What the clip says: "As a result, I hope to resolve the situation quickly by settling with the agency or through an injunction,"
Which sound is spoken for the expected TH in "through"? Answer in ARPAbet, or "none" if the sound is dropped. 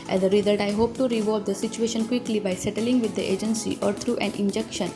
T